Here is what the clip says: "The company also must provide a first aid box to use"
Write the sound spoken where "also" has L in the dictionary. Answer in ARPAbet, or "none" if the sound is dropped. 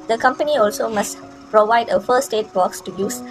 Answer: L